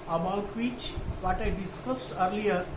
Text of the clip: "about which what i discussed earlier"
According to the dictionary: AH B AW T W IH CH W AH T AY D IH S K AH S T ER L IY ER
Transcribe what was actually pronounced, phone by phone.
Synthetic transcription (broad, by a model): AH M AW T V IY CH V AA T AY D IH S K AH S T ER L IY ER